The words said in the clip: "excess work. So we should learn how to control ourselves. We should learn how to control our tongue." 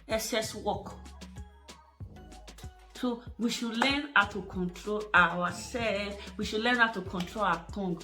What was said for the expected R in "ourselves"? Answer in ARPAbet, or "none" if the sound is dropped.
W